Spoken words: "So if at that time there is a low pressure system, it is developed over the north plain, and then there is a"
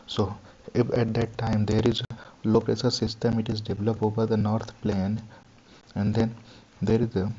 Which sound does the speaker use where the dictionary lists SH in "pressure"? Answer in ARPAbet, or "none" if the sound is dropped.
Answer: S